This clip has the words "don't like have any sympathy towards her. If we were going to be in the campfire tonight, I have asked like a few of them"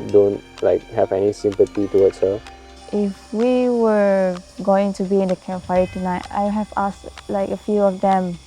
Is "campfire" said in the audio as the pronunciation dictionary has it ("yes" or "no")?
no